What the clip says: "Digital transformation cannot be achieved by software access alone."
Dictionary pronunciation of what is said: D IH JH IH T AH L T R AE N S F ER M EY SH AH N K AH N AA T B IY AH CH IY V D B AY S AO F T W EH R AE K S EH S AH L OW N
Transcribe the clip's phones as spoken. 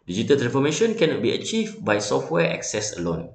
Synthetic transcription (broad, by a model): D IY JH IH T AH L T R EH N F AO M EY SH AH N K AH N AA T B IY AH CH IY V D B AY S AO F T W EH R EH K S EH S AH L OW N